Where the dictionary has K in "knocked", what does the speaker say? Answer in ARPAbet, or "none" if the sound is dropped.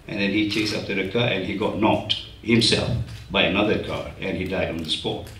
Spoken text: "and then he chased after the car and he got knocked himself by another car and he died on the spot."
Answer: none